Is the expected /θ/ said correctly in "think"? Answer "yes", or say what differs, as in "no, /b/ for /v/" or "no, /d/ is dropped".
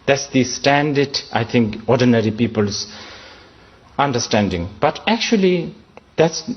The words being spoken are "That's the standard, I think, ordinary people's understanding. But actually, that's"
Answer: no, /t/ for /θ/